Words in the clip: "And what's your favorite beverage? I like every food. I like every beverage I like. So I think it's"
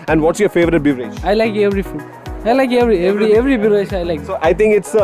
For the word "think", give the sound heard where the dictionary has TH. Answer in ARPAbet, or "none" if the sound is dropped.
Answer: T